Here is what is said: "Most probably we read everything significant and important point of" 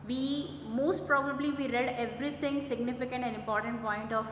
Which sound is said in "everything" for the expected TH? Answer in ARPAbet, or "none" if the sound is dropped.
T